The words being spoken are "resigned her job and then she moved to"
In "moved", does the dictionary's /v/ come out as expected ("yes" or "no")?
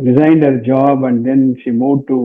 no